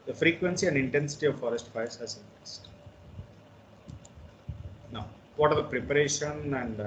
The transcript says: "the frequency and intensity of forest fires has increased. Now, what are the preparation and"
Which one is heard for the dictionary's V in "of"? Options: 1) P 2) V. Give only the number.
2